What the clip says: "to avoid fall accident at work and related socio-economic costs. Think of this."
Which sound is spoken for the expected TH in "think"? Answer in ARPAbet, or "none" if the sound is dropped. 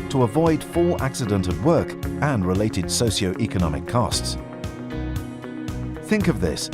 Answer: TH